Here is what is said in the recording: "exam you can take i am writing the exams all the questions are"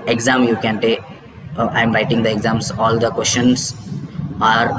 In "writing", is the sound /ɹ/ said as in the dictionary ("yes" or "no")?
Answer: yes